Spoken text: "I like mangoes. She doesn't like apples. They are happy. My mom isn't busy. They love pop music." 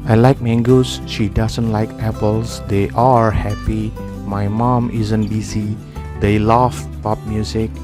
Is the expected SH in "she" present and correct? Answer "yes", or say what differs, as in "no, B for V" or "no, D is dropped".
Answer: yes